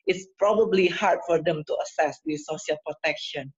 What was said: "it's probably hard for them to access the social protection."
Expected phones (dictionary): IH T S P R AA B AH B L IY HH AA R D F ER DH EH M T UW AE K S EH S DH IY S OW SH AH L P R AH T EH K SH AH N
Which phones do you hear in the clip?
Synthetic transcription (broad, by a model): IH T S P R AA B AH B L IY HH AA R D F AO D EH M T UW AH S EH S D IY S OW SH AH L P R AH T EH K SH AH N